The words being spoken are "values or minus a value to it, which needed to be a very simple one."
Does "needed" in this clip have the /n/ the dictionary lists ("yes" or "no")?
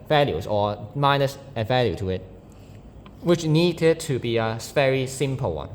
yes